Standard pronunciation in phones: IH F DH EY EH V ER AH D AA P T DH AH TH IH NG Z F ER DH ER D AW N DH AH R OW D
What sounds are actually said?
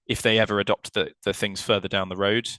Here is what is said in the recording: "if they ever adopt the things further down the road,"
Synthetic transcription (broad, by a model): IH F DH EY EH V ER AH D AA P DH DH AH TH IH NG Z F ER DH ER D AW N DH AH R OW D